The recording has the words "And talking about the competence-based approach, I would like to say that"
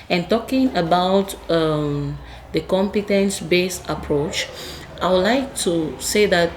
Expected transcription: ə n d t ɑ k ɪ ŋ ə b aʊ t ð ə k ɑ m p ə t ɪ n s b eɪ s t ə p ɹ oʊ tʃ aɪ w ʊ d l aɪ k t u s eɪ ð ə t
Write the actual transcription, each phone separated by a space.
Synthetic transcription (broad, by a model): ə n t ɑ k ɪ ŋ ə b aʊ t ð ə k ɑ m p ə t ɪ n s b eɪ s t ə p ɹ oʊ tʃ aɪ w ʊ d l aɪ k t u s eɪ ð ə t